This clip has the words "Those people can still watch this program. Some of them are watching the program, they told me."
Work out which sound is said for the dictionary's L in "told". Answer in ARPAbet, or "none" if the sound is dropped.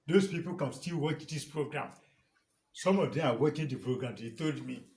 L